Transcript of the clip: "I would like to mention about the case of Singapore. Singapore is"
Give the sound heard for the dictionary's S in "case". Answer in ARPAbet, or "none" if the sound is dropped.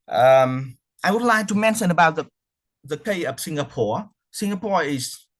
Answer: none